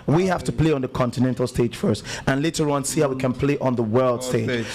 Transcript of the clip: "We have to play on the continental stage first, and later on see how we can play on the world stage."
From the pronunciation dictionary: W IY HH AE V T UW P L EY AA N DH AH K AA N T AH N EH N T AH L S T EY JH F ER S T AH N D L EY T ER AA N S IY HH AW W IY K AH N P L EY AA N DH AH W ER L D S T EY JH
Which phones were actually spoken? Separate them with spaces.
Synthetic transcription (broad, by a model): W IY HH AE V T UW P L EY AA N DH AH K AA N T AH N EH N T AH L S T EY JH F ER S T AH N L EY T ER AA N S IY HH AW W IY K AH N P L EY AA N DH AH W ER L D S T EY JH